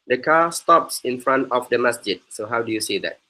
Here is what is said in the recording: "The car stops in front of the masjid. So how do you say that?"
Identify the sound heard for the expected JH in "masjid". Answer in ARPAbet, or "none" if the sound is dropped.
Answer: JH